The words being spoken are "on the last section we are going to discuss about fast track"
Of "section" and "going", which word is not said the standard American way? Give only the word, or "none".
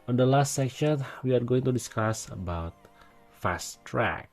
none